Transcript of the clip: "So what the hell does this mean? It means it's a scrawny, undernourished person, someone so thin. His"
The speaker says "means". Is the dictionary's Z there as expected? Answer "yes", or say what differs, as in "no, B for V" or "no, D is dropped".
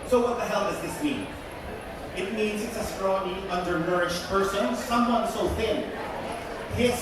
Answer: yes